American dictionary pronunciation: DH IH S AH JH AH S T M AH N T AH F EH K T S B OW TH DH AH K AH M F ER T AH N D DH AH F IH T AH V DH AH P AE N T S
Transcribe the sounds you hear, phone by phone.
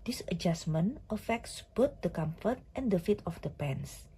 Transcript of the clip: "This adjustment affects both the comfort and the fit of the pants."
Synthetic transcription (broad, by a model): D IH S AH JH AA S M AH N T AH F EH K T S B OW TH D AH K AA M F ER T AH N D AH F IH T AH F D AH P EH N S